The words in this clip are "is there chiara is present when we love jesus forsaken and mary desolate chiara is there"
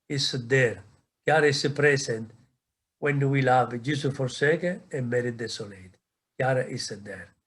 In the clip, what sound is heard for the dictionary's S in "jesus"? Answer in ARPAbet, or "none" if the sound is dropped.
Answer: none